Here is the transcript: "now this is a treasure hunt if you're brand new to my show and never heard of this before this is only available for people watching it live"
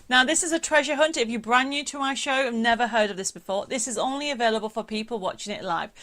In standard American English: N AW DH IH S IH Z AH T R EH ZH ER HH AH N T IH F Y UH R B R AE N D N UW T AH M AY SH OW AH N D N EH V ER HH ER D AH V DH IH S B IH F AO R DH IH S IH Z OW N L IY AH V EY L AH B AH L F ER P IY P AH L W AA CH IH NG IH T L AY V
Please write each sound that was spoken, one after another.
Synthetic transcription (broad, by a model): N AW DH IH S IH Z AH T R EH ZH ER HH AH N T IH F Y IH B R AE N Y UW T AH M AY SH OW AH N N EH V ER HH ER D AH V DH IH S B IH F AO R DH IH S IH Z OW N L IY AH V EY L AH B AH L F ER P IY P AH L W AA CH IH NG IH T L AY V